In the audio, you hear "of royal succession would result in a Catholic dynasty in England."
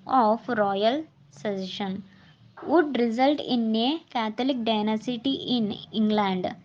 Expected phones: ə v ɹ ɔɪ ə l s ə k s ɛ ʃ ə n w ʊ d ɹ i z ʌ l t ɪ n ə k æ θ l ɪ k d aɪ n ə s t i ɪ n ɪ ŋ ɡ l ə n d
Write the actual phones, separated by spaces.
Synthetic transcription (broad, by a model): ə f ɹ ɔɪ ə l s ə s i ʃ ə n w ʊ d ɹ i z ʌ l t ɪ n ə k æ t l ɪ k d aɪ n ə s t i ɪ n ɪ ŋ ɡ l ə n d